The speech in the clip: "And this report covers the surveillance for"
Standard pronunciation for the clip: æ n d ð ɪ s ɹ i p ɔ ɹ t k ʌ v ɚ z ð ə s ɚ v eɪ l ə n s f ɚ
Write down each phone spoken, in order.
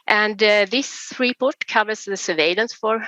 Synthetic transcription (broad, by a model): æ n d ð ɪ s ɹ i p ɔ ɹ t k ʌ v ɚ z ð ə s ɚ v eɪ l ə n s f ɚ